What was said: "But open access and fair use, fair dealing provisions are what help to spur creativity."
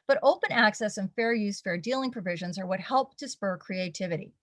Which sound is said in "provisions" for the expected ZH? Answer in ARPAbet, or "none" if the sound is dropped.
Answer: ZH